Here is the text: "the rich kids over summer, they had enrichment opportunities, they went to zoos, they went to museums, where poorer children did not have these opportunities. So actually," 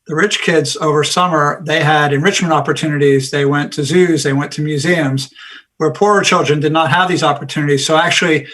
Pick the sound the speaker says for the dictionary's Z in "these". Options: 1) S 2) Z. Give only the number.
2